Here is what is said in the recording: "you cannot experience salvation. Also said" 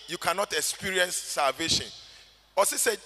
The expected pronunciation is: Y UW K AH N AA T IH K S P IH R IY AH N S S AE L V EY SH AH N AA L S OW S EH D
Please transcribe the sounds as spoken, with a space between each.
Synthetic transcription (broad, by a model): Y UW K AH N AA T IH K S P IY R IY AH N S S AE L V EY SH AH N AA S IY S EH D